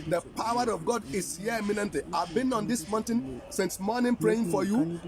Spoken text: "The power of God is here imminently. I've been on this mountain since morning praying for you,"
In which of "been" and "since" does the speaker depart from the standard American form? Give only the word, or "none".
none